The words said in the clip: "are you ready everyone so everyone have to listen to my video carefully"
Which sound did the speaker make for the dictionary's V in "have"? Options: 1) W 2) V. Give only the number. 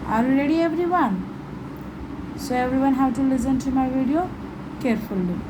1